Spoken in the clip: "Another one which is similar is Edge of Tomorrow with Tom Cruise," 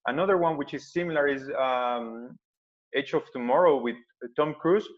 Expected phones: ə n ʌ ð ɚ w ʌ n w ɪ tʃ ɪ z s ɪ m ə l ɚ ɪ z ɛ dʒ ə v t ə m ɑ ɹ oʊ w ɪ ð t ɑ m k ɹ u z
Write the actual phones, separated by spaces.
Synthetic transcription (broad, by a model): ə n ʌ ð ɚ w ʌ n w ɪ tʃ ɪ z s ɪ m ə l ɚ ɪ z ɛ tʃ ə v t ə m ɑ ɹ oʊ w ɪ ð t ɑ m k ɹ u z